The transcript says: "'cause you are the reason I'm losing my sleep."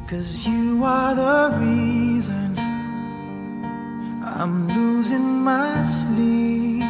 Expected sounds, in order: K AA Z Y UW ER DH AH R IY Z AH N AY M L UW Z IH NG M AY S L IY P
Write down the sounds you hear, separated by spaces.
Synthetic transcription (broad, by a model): K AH Z Y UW ER DH AH R IY Z AH N AY M L UW Z IH NG M AY S L IY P